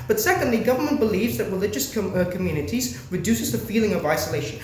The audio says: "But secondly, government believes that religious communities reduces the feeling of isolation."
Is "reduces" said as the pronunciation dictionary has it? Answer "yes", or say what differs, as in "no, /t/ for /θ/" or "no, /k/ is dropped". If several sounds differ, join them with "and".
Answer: yes